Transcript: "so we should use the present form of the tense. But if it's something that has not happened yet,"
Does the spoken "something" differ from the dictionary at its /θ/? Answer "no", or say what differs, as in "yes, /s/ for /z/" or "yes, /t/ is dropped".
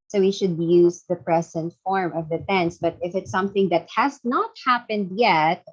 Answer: no